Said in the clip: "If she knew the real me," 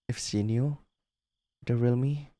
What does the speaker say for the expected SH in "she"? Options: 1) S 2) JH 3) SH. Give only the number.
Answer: 1